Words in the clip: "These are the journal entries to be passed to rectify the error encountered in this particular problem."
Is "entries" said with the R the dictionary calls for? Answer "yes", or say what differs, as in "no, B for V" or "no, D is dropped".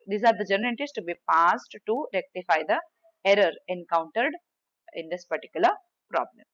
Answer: no, R is dropped